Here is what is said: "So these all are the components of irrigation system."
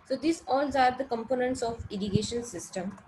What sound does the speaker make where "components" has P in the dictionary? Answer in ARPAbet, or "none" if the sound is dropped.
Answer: P